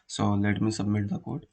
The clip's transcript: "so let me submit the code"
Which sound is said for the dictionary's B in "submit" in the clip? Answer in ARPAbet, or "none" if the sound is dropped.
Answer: B